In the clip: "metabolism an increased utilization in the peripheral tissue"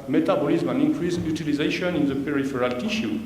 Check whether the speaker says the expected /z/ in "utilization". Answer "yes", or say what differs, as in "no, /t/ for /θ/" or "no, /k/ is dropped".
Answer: yes